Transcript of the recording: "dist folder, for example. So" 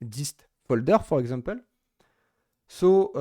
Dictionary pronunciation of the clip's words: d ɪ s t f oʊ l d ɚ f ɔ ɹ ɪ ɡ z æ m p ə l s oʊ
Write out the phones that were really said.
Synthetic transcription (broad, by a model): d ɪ s t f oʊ l d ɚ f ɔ ɹ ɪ ɡ z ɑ p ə l s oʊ